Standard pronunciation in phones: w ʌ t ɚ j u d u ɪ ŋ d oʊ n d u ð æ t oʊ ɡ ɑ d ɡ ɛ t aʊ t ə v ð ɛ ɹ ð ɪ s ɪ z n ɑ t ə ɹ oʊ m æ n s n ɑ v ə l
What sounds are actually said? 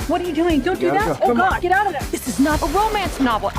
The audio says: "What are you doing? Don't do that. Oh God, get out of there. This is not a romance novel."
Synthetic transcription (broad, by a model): w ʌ t ɚ j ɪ d u ɪ ŋ d oʊ n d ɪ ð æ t oʊ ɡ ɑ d ɡ ɛ t aʊ t ə v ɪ ð ɪ s ɪ z n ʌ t ə ɹ oʊ m æ n s n ɑ v l